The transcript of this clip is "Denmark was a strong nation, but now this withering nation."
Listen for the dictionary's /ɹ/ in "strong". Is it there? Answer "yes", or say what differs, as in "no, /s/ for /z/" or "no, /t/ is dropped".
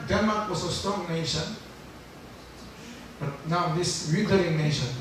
no, /ɹ/ is dropped